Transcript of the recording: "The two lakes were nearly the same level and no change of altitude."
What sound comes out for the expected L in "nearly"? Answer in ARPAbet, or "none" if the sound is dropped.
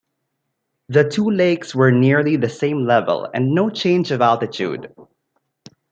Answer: L